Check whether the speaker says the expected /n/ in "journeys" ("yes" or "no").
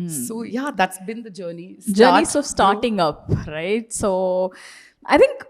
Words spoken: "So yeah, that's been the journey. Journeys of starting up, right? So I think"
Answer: no